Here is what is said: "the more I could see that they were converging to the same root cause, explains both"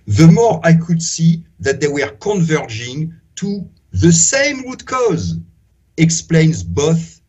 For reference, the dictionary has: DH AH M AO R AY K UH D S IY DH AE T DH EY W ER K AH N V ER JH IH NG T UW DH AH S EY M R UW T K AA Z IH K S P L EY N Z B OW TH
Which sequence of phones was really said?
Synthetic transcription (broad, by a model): DH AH M AO R AY K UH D S IY DH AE T DH EY W ER K AH N V ER JH IH NG T UW DH AH S EY M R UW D K AA Z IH K S P L EY N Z B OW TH